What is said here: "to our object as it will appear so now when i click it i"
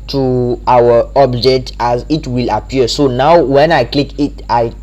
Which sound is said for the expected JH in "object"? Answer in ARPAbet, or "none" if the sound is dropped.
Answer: JH